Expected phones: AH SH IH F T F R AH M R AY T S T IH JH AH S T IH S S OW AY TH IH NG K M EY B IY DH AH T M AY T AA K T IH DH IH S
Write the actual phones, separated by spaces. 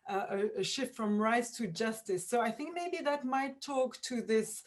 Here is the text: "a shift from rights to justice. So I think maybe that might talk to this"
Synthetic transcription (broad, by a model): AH SH IH F T F R AH M R AY T S T IH JH AH S T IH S S OW AY TH IH NG K M EY B IY DH AH T M AY T AA K T IH DH IH S